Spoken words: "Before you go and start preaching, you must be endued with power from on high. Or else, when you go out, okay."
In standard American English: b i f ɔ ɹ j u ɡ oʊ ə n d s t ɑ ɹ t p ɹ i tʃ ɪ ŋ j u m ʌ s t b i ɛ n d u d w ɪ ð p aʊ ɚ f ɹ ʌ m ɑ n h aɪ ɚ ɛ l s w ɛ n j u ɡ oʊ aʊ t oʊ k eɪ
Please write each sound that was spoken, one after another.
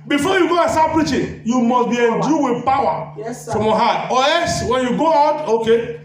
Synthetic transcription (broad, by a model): b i f ɔ j u ɡ oʊ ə n s t ɑ p ɹ i tʃ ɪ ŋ j u m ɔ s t b i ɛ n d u w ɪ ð p aʊ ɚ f ɹ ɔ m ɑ h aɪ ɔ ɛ s w ɛ n j u ɡ oʊ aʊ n oʊ k eɪ